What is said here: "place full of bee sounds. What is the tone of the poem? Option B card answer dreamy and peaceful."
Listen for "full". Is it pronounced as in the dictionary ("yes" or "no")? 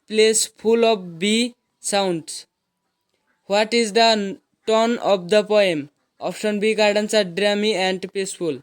no